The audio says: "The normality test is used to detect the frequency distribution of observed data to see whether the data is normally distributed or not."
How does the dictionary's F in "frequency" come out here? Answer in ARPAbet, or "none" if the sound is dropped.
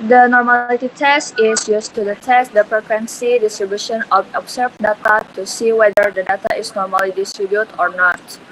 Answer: P